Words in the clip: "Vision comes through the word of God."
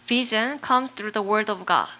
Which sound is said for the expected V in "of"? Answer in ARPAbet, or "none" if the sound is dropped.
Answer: V